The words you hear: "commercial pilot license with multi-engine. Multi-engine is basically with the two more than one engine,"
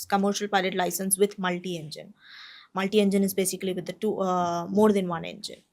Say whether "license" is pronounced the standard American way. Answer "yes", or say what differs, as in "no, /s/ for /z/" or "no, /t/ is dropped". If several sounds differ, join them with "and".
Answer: yes